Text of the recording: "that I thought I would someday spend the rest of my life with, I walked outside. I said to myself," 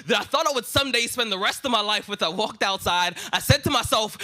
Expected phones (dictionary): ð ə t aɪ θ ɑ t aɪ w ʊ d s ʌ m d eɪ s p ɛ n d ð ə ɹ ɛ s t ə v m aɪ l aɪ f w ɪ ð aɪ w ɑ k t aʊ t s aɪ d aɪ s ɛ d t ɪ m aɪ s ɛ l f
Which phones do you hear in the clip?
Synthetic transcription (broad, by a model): ð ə t aɪ θ ɑ t aɪ w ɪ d s ʌ m d eɪ s p ɛ n ð ə ɹ ɛ s t ə v m aɪ l aɪ f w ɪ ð aɪ w ɑ k t aʊ t s aɪ d aɪ s ɛ d t ɪ m aɪ s ɛ l f